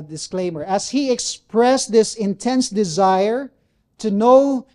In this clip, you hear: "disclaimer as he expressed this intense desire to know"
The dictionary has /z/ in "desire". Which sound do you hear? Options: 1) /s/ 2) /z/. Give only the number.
2